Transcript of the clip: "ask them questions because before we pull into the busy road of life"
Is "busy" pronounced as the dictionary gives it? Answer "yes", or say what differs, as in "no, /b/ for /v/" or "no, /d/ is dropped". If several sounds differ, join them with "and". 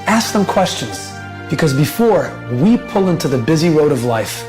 yes